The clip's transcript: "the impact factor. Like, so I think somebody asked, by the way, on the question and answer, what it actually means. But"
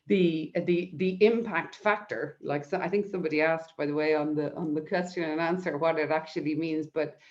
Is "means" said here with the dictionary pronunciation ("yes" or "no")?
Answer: yes